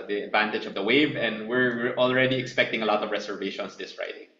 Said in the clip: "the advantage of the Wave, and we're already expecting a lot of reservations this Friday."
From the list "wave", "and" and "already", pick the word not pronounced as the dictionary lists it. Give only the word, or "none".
none